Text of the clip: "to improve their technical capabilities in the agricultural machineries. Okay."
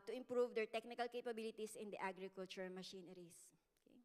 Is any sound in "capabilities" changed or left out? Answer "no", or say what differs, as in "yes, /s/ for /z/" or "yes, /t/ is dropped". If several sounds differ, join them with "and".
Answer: yes, /s/ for /z/